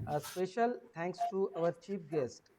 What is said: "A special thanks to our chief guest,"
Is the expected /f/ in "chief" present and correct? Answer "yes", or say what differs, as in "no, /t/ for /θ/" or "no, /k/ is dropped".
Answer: no, /p/ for /f/